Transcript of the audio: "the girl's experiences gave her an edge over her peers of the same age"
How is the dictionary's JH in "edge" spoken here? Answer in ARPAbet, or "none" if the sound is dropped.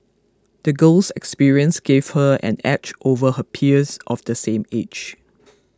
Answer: CH